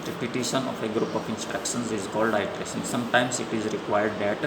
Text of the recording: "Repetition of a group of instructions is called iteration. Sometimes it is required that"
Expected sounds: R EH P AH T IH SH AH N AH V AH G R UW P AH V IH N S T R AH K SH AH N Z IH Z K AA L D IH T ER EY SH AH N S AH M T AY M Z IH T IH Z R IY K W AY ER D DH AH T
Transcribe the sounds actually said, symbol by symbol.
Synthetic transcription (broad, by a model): R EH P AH T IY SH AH N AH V AH G R UW P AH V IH N S T R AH K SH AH N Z IH Z K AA L D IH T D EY S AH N S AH M T AY M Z IH T IH Z R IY K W AY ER D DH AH T